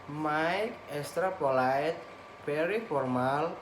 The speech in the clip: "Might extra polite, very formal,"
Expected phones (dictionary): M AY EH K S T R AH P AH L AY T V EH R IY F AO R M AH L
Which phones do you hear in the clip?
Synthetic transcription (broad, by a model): M AY EH K S T R AH P AH L AY T B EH R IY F AO R M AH L